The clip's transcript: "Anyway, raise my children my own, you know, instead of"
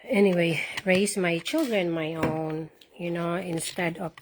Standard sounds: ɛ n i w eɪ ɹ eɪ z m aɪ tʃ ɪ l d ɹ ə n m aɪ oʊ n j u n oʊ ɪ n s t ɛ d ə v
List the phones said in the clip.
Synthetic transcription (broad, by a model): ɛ n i w eɪ ɹ eɪ s m aɪ tʃ ɪ l d ɹ ə n m aɪ oʊ n j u n oʊ ɪ n s t ɛ d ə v